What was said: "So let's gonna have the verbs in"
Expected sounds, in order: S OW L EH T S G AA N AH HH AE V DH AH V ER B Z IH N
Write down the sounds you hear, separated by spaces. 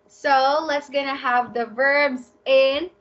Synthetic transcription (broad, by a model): S OW L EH T S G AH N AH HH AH V DH AH V ER B Z IH N